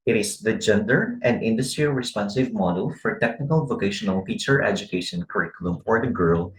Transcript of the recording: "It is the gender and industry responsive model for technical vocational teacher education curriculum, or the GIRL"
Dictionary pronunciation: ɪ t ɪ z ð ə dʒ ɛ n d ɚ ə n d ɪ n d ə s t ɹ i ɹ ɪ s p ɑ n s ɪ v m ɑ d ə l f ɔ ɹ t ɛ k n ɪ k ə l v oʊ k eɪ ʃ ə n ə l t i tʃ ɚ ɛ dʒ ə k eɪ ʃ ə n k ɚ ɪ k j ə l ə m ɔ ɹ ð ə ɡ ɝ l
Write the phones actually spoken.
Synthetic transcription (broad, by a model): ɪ t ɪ s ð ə dʒ ɛ n d ɚ ə n d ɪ n d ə s t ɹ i ɹ ɪ s p ɑ n s ɪ v m ɑ d ə l f ɔ ɹ t ɛ k n ɪ k ə l v oʊ k eɪ ʃ ə n ə l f i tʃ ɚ ɛ dʒ ə k eɪ ʃ ə n k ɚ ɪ k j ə l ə m ɔ ɹ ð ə ɡ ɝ l